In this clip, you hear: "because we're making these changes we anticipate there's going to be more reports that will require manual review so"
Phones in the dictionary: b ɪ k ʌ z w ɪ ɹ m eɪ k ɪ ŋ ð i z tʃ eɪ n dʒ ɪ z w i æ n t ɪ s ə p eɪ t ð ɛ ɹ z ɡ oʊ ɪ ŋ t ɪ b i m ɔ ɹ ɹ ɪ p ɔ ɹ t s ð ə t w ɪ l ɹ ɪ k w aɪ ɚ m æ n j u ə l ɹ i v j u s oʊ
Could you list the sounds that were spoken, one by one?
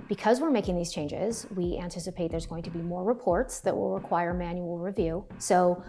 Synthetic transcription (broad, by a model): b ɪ k ʌ z w ɪ ɹ m eɪ k ɪ ŋ ð i z tʃ eɪ n dʒ ɪ z w i æ n t ɪ s ə p eɪ t ð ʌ ɹ z ɡ oʊ ɪ ŋ t ɪ b i m ɔ ɹ ɹ ɪ p ɔ ɹ t s ð ə t w ɪ l ɹ ɪ k w aɪ ɚ m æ n j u l ɹ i v j u s oʊ